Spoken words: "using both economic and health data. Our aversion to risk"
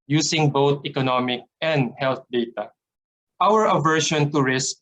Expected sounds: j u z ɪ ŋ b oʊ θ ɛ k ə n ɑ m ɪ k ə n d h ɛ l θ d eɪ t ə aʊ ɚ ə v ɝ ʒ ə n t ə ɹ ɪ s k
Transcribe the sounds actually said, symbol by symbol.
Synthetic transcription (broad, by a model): j u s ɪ ŋ b oʊ t ɛ k ə n ɑ m ɪ k ə n d h ɛ l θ d eɪ t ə aʊ ɚ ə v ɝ ʃ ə n t ə ɹ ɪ s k